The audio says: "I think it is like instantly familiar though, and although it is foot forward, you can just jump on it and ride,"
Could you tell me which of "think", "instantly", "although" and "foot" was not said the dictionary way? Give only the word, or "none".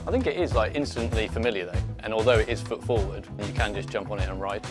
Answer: none